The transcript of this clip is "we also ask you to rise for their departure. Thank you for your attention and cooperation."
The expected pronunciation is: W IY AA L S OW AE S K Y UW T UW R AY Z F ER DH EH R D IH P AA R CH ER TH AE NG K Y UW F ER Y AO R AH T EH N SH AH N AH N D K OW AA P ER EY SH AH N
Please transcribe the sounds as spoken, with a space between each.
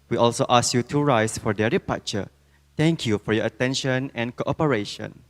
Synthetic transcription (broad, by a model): W IY AA L S OW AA S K Y UW T UW R AY S F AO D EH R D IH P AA CH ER T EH NG K Y UW F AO Y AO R AH T EH N SH AH N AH N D K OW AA P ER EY SH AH N